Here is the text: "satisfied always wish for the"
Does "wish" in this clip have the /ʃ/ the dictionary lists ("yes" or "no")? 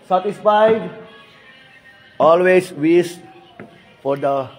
no